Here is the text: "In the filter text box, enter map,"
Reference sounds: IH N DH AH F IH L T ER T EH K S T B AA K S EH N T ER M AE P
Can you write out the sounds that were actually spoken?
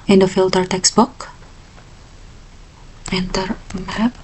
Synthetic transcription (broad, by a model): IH N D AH F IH L T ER T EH K S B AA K EH N T ER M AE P